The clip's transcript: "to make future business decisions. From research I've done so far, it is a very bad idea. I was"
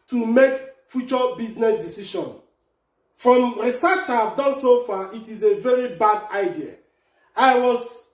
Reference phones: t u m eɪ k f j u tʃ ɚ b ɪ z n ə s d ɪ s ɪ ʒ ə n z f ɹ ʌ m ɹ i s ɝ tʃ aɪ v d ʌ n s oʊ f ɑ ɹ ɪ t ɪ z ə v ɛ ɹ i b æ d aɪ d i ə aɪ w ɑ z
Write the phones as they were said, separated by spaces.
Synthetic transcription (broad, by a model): t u m eɪ k f j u tʃ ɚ b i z n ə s d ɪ s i ʃ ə n f ɹ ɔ m ɹ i s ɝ tʃ aɪ v d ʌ n s oʊ f ɑ ɪ t ɪ z ə v ɛ ɹ i b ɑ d aɪ d i ə aɪ w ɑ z